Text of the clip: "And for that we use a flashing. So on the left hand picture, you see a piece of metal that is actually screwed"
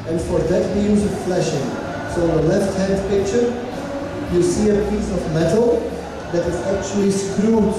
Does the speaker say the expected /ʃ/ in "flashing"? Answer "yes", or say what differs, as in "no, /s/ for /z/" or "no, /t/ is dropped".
yes